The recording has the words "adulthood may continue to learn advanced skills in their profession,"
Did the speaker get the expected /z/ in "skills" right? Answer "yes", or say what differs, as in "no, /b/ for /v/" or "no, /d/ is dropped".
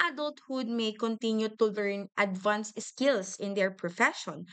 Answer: no, /s/ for /z/